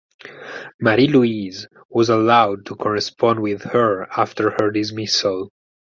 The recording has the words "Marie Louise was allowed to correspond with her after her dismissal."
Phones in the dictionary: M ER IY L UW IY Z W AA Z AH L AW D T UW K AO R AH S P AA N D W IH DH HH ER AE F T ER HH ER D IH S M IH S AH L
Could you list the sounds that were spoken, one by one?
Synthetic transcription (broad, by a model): M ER IY L UW IY Z W AA Z AH L AW D T UW K AO R AH S P AA N D W IH DH HH ER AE F T ER HH ER D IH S M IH S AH L